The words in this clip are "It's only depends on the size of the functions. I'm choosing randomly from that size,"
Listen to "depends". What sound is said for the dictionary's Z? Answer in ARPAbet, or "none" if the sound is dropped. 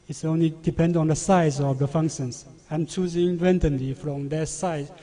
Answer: none